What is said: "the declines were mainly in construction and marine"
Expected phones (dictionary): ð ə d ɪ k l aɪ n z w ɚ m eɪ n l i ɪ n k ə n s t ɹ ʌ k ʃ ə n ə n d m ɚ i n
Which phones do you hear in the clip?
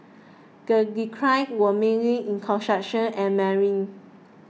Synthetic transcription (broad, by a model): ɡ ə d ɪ k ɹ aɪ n w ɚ m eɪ l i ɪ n k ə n s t ɹ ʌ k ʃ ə n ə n m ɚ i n